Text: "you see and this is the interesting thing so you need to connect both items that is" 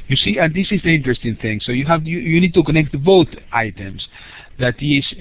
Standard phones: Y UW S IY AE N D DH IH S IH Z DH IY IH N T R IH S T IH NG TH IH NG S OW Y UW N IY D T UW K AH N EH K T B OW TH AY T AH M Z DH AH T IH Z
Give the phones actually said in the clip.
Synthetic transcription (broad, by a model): Y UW S IY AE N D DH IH S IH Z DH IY IH N T R IH S T IH NG TH IH NG S OW Y UW N IY D T UW K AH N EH K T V OW T AY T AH M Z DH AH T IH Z